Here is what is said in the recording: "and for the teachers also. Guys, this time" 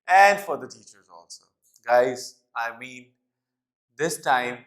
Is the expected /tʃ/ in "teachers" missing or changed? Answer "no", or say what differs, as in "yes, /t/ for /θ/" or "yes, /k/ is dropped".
no